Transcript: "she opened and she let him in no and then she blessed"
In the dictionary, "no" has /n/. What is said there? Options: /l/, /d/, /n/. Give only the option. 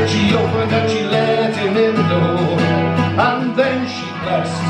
/l/